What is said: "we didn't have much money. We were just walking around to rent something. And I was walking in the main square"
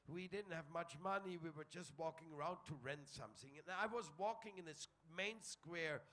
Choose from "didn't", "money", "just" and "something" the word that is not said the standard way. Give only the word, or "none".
none